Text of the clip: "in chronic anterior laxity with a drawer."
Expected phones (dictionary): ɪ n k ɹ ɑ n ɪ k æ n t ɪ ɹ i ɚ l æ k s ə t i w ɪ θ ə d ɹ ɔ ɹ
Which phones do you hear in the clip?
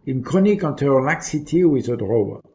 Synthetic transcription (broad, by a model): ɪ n k ɑ n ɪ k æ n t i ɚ l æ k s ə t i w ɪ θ ə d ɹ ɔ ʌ